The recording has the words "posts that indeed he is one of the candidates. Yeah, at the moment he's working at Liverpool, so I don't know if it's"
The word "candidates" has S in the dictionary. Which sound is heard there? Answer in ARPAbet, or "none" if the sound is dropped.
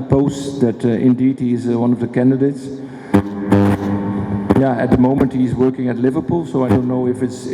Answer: S